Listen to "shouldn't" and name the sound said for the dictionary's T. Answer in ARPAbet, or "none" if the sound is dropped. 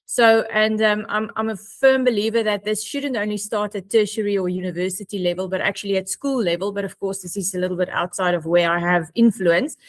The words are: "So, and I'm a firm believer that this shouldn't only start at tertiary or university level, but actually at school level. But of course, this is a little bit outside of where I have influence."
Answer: T